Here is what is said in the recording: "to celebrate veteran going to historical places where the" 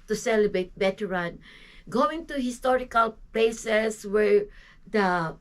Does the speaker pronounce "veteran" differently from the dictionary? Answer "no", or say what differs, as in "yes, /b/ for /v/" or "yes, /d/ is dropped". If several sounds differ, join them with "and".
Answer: yes, /b/ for /v/